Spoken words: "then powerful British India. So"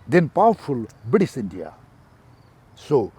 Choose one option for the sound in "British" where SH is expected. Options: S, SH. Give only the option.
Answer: S